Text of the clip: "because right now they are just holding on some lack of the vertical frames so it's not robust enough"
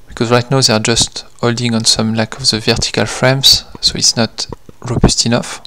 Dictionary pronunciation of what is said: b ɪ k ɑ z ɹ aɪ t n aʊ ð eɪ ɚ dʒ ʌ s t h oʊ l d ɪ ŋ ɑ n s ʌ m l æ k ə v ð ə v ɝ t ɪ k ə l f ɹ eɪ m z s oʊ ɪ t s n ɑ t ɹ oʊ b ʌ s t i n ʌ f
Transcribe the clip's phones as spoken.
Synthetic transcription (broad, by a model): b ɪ k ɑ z ɹ aɪ t n aʊ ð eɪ ɚ dʒ ʌ s t h oʊ l d ɪ ŋ ɑ n s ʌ m l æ k ə v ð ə v ɝ t ɪ k ə l f ɹ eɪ m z s oʊ ɪ t s n ɑ t ɹ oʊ b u s t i n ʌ f